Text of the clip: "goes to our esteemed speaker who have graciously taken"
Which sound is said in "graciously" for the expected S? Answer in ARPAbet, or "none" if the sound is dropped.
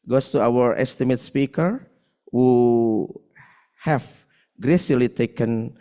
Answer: none